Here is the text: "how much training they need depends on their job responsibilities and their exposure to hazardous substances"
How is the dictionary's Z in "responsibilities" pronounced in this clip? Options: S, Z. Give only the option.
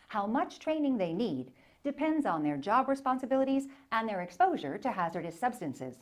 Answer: Z